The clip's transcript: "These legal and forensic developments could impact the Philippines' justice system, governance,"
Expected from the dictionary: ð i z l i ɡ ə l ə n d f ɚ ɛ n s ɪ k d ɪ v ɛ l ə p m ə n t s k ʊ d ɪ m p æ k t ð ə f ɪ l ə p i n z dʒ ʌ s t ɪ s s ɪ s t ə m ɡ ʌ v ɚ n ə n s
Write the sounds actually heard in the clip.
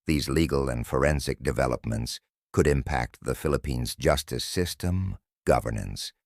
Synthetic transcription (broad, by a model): ð i z l i ɡ l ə n f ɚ ɛ n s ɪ k d ɪ v ɛ l ə p m ə n t s k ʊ d ɪ m p æ k t ð ə f ɪ l ə p i n z dʒ ʌ s t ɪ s s ɪ s t ə m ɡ ʌ v ɚ n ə n s